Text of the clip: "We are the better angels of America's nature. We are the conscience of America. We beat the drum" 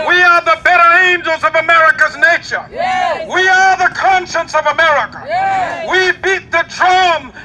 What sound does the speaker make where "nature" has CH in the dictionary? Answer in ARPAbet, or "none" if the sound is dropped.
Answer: SH